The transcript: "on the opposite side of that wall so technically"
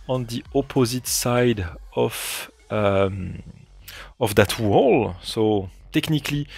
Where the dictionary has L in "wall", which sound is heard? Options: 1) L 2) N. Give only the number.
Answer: 1